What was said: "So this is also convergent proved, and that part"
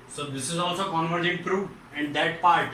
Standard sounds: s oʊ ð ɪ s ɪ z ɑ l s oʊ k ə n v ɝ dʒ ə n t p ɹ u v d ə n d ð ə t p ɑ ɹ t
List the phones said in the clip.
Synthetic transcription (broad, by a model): s oʊ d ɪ s ɪ z ɑ l s oʊ k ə n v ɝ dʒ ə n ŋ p ɹ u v ə n d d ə t p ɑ ɹ t